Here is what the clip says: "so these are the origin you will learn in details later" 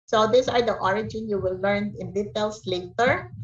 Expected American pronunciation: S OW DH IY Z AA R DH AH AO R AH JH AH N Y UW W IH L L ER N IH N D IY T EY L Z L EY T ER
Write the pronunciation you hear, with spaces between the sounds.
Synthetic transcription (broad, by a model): S OW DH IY S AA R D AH AO R AH JH AH N Y UW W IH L L ER N IH N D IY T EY L S L EY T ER